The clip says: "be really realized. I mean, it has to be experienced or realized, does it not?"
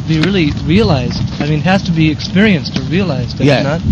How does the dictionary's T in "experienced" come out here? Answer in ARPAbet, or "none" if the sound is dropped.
T